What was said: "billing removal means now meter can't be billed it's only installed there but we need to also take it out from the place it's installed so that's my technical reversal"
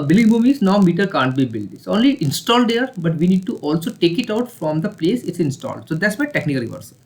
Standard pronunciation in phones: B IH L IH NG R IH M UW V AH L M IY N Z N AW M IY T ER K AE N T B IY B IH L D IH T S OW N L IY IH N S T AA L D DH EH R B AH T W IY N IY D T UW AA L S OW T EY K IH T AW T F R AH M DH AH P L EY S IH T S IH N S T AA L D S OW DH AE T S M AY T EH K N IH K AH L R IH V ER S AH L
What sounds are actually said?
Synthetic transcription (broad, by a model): B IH L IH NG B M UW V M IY Z N AW M IY T ER K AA N T B IY B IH L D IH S OW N L IY IH N S T AA L D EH R B AH T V IY N IY D T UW AA L S OW T EY K IH T AW T F R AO M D AH P L EY S IH T S IH N S T AA L D S OW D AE T S M AY T EH K N IH K AH L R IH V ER S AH